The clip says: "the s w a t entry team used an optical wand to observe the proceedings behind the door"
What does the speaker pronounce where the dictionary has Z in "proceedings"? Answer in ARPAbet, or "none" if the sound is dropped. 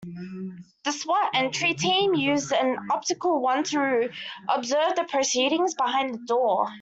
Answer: Z